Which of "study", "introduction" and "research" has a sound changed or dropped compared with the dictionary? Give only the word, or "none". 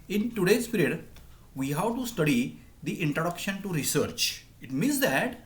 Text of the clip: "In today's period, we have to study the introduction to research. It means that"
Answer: none